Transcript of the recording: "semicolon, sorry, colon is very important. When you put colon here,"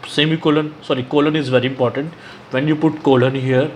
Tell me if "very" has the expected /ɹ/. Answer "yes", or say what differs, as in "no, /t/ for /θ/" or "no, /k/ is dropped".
yes